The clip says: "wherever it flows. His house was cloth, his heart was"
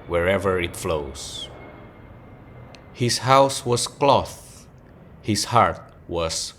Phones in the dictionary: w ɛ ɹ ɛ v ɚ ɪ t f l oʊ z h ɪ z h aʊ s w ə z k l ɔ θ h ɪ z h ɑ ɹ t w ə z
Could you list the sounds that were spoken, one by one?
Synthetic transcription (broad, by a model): w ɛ ɹ ɛ v ɚ ɪ t f l oʊ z h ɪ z h aʊ s w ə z k l ɔ θ h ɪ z h ɑ ɹ t w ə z